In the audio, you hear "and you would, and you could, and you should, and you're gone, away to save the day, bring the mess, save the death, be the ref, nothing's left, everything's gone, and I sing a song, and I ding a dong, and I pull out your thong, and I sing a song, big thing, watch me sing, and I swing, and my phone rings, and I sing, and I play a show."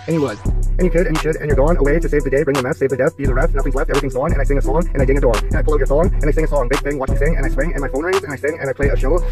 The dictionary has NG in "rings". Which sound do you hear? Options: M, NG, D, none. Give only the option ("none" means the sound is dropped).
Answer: none